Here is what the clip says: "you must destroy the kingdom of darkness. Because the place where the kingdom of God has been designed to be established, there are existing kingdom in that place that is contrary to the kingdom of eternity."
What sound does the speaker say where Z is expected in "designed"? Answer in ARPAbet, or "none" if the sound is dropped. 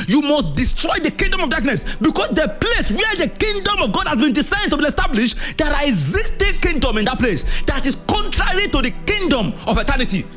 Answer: S